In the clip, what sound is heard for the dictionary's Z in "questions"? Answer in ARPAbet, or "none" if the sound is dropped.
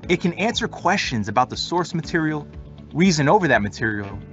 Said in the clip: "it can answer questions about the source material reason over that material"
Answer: Z